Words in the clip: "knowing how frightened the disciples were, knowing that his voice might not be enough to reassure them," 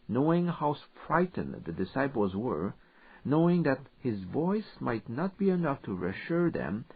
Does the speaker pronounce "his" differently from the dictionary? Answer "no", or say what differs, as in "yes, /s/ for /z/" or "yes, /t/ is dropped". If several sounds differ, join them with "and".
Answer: no